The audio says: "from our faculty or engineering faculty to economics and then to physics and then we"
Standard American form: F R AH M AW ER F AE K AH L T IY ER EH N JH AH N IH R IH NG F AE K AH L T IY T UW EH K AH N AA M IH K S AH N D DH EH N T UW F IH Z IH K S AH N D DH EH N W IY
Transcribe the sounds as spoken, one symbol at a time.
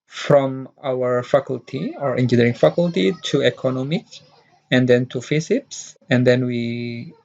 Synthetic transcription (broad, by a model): F R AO M AW ER F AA K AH L T IY ER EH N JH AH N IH R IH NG F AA K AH L T IY T UW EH K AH N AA M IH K AH N D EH N T UW F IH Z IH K S AH N D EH N W IY